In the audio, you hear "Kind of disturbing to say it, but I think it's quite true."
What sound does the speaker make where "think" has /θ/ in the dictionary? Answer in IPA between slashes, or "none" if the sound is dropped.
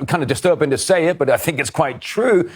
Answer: /θ/